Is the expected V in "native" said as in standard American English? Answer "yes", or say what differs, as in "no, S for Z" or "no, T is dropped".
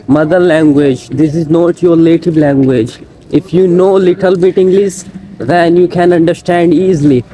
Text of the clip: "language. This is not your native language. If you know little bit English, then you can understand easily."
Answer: no, B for V